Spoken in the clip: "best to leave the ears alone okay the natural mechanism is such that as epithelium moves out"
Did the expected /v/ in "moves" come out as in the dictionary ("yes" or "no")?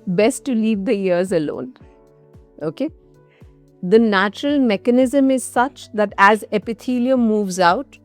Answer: yes